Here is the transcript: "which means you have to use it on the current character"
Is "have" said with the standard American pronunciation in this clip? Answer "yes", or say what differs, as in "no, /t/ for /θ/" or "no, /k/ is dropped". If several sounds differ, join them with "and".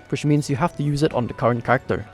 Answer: no, /f/ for /v/